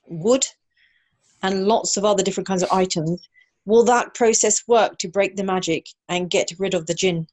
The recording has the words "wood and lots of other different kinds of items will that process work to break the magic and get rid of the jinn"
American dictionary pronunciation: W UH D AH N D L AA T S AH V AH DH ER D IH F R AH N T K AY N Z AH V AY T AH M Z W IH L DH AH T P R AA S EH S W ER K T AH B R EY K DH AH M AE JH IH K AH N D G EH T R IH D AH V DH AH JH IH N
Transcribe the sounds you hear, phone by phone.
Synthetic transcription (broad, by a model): W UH D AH N L AA T S AH V AH DH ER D IH F R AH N K AY N Z AH V AY T AH M Z W IH L DH AH T P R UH S EH S W ER K T AH B R EY K DH AH M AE JH IH K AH N G EH T R IH D AH V DH AH JH IH N